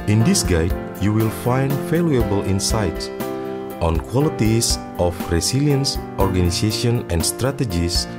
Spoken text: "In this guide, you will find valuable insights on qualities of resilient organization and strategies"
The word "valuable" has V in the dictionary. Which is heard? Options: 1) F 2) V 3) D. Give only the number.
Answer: 1